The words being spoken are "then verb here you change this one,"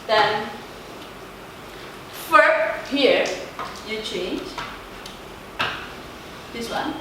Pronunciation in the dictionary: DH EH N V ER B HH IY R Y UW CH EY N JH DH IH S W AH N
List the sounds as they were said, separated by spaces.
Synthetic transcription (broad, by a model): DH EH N F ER HH IY R Y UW CH EY N JH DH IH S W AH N